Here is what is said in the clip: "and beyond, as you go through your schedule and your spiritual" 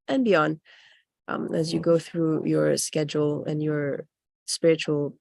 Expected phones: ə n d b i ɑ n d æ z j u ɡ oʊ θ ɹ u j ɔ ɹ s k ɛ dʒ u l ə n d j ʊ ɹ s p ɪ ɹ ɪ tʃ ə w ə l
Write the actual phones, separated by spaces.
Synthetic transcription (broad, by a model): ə n b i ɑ n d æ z j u ɡ oʊ θ ɹ u j ɔ ɹ s k ɛ dʒ u l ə n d j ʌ ɹ s p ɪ ɹ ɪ tʃ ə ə l